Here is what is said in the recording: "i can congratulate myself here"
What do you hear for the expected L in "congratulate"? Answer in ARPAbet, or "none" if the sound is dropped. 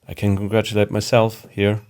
L